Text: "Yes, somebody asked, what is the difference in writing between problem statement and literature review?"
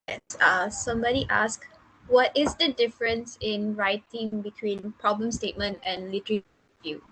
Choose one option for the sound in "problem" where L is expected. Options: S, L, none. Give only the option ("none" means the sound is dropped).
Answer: L